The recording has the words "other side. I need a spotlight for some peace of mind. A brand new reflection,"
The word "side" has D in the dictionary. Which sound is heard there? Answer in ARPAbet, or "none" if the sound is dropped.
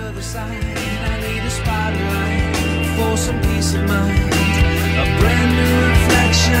none